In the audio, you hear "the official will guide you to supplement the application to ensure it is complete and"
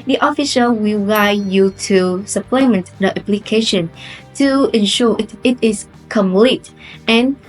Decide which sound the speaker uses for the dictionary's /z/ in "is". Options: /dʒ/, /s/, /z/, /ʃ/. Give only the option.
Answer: /s/